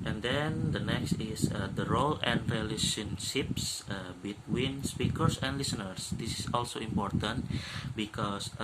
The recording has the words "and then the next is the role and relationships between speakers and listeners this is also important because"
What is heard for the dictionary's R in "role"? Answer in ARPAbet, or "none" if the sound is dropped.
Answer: R